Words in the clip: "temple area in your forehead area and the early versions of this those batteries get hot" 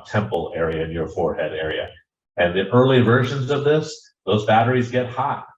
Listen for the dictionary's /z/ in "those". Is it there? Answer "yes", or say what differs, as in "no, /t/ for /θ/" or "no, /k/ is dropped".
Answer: yes